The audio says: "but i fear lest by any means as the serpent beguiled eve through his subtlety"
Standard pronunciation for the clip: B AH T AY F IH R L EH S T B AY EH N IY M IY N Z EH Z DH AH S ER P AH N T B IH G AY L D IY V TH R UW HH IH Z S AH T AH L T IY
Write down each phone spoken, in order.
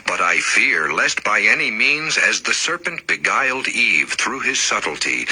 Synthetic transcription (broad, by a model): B AH T AY F IH R L EH S T B AY EH N IY M IY N Z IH Z DH AH S ER P AH N T B IH G AY L D IY V TH R UW IH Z S AH T L T IY